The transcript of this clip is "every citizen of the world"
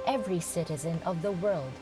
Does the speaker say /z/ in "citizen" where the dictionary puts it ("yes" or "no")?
yes